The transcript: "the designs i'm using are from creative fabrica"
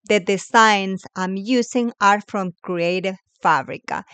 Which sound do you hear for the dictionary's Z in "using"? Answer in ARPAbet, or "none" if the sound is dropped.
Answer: S